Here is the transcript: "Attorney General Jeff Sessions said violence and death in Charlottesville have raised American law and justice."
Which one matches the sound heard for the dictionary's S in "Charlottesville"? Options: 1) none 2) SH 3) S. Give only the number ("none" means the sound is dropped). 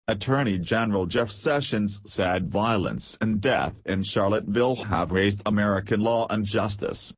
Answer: 1